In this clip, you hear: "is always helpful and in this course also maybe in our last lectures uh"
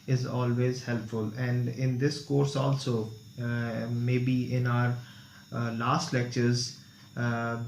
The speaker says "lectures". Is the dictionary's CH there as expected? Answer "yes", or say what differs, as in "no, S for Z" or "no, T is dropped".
yes